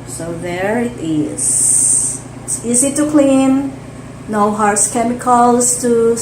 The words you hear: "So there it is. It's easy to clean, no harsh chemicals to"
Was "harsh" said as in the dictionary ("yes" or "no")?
no